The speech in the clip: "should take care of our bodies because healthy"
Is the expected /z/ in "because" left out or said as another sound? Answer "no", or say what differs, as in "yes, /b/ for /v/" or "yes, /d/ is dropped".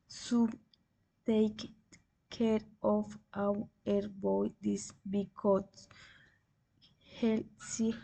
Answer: yes, /z/ is dropped